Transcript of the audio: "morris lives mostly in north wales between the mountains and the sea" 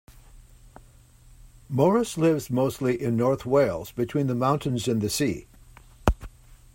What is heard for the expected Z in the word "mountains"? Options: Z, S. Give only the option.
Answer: Z